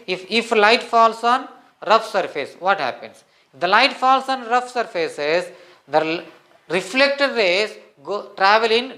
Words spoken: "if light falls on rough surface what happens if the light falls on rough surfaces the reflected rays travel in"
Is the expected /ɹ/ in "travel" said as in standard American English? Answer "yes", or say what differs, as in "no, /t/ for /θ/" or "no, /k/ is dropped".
yes